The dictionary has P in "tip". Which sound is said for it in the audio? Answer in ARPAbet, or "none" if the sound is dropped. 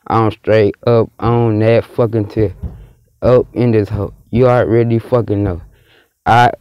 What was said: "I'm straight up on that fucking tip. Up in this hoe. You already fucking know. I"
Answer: none